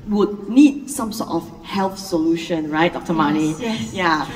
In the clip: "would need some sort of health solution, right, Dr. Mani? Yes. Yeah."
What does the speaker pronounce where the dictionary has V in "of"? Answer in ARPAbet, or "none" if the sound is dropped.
F